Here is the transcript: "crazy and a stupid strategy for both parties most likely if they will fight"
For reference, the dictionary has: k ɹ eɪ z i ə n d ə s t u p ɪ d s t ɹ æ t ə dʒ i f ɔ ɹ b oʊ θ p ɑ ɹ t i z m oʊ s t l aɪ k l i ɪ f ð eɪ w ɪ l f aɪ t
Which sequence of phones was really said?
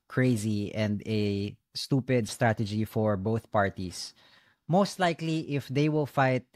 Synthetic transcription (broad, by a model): k ɹ eɪ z i ə n d ə s t u p ɪ d s t ɹ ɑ t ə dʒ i f ɔ ɹ b oʊ θ p ɑ ɹ t i s m oʊ s t l aɪ k l i ɪ f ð eɪ w ɪ l f aɪ t